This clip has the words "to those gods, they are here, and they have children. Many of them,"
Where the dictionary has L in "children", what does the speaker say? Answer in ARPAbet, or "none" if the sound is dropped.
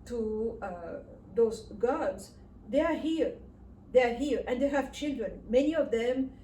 L